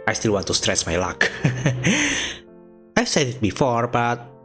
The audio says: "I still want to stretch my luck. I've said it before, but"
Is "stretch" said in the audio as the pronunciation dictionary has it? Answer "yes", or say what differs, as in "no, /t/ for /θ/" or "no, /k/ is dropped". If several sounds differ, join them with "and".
no, /s/ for /tʃ/